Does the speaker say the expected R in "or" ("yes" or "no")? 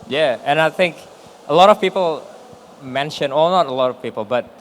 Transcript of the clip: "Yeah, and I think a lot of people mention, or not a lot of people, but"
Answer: no